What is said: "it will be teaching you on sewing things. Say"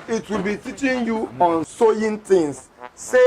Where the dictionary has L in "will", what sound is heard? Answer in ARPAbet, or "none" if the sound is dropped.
L